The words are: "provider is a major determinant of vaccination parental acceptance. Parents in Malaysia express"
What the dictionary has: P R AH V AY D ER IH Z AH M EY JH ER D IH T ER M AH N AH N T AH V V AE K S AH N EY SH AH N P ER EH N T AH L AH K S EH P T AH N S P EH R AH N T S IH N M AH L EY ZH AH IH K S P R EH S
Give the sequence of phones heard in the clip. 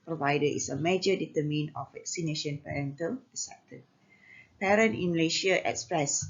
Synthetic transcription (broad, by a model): P R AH V AY D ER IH S AH M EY JH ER D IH T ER M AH N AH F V V AE K S AH N EY SH AH N P ER EH N T AH L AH S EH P T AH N P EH R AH N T IH N M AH L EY SH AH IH K S P R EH S